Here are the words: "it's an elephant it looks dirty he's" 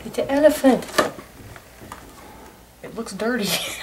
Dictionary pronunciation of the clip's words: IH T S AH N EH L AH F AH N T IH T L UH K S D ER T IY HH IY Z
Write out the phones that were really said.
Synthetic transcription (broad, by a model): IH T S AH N EH L AH F AH N T IH T L UH K S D ER T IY IY